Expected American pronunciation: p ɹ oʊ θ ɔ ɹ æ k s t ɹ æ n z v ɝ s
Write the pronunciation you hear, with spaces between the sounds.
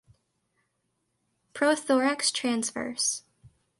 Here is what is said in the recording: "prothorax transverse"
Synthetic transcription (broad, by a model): p ɹ oʊ θ ɔ ɹ æ k s t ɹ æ n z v ɝ s